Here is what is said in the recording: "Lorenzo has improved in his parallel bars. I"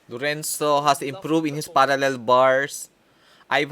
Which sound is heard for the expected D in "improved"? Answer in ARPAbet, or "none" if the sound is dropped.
none